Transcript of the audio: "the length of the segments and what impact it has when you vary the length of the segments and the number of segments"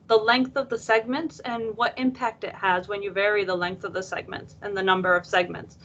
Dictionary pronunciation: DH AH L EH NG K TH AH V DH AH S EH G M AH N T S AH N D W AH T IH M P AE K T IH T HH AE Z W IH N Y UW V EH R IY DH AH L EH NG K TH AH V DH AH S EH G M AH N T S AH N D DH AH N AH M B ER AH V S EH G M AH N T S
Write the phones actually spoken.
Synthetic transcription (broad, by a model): DH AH L EH NG K TH AH V DH AH S EH G M AH N T S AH N W AH T IH M P AE K T IH T HH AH Z W IH N Y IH V EH R IY DH AH L EH NG K TH AH V DH AH S EH G M AH N T S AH N DH AH N AH M B ER AH V S EH G M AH N T S